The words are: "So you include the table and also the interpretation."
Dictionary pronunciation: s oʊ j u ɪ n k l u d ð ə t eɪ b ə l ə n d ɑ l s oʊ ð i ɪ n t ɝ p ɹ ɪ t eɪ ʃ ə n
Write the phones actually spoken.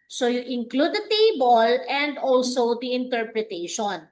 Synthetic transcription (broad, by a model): s oʊ j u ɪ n k l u d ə t eɪ b ə l ə n d ɑ l s oʊ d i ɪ n t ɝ p ɹ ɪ t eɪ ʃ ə n